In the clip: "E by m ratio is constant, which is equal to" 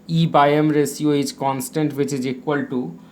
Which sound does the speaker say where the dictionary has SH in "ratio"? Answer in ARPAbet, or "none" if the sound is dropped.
S